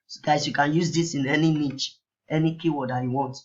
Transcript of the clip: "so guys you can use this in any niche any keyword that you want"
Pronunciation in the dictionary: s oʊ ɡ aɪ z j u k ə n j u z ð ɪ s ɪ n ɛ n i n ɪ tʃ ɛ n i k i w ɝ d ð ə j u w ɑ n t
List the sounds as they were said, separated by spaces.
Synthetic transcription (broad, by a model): s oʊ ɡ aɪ s j u k ə n j u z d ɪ s ɪ n ɛ n i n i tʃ ɛ n i k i w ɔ d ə j u w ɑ n t